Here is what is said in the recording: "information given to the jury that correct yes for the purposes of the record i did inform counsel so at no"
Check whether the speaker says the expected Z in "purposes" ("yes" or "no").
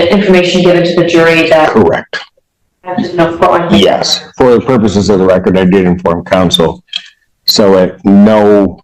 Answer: yes